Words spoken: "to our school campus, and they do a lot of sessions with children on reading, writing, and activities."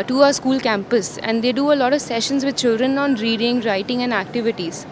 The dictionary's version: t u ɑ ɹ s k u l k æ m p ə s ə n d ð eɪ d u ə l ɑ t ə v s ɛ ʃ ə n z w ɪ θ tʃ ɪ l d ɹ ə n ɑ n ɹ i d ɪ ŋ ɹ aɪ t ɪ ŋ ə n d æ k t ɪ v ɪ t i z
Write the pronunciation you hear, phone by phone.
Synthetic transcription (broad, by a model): t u ɑ ɹ s k u l k æ m p ə s ə n d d eɪ d u ə l ɑ t ə v s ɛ ʃ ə n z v ɪ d tʃ ɪ l d ɹ ə n ɑ n ɹ i d ɪ ŋ ɹ aɪ t ɪ ŋ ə n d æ k t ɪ v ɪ t i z